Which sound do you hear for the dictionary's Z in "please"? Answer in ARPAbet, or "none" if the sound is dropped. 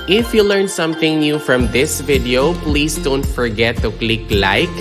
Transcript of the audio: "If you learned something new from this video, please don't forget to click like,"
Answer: S